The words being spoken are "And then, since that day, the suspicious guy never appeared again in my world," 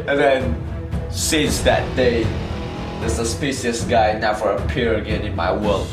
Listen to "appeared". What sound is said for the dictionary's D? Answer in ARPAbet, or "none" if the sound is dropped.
none